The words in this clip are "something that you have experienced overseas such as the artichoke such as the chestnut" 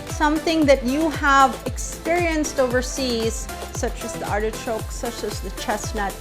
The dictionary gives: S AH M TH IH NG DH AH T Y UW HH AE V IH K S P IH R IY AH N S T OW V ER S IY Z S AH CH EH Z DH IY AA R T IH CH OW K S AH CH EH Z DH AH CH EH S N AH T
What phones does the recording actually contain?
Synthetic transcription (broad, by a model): S AH M TH IH NG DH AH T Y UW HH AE V IH K S P IH R IY AH N S T OW V ER S IY Z S AH CH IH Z DH IY AA R T IH CH OW K S AH CH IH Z DH AH CH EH S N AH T